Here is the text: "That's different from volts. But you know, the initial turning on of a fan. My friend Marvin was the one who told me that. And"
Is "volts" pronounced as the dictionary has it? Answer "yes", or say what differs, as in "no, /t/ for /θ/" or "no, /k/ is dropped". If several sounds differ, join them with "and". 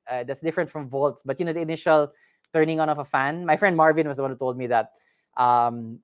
yes